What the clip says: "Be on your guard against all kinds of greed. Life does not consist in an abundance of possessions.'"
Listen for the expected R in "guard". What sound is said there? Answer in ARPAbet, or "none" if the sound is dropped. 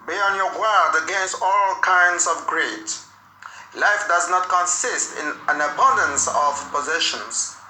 L